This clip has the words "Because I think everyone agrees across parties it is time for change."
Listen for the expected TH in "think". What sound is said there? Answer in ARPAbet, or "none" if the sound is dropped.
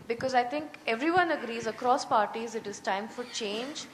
T